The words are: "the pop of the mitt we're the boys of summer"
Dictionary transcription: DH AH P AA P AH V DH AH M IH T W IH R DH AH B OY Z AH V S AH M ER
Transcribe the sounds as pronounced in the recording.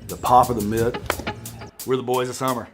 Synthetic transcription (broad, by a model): DH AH P AA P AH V DH AH M IH T W IH R DH AH B OY Z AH S AH M ER